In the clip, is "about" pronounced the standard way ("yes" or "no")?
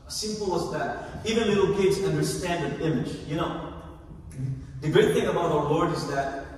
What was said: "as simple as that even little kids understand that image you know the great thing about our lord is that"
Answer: yes